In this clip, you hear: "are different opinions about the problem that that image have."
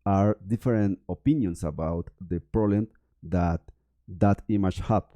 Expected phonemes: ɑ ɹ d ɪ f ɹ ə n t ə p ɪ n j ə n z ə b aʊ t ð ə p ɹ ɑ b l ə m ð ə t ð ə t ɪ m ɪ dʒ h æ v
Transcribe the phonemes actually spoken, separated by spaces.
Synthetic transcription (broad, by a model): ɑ ɹ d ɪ f ɹ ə n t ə p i n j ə n s ə b aʊ t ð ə p ɹ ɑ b l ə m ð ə t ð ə t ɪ m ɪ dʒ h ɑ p